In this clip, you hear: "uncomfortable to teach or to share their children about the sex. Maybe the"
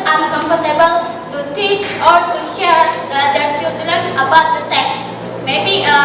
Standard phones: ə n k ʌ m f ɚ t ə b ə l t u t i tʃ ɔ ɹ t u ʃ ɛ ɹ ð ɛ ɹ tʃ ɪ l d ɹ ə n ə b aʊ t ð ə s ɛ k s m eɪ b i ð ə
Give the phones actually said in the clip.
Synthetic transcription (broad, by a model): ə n k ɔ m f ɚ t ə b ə l t u t i tʃ ɔ ɹ t u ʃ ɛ ɹ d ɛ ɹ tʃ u d l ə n ə b aʊ t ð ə s ɛ k s m eɪ b i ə